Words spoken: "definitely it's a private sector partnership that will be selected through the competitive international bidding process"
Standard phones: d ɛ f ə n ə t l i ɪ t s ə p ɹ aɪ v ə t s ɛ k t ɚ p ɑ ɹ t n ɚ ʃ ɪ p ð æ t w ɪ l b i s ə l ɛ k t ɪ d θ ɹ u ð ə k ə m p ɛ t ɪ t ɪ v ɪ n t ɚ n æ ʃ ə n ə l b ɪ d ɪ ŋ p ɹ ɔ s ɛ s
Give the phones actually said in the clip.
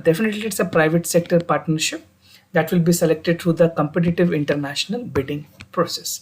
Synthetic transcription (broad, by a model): d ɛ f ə n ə t l i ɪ t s ə p ɹ aɪ v ə t s ɛ k t ɚ p ɑ ɹ t n ɚ ʃ ɪ p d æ t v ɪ l b i s ə l ɛ k t ɪ d t ɹ u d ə k ə m p ɛ t ɪ t ɪ v ɪ n t ɚ n æ ʃ ə n ə l b ɪ d ɪ ŋ p ɹ ɔ s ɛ s